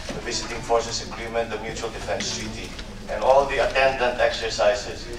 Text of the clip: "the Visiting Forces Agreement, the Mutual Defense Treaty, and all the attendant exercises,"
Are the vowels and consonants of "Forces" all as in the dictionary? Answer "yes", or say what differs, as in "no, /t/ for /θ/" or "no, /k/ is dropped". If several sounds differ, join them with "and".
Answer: no, /s/ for /z/